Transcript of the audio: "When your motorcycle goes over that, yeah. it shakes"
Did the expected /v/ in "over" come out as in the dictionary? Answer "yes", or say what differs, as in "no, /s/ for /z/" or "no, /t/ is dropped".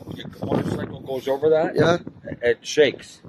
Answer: yes